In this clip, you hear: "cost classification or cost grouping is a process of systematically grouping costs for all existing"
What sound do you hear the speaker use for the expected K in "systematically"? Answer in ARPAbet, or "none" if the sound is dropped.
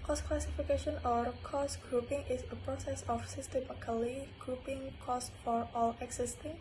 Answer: none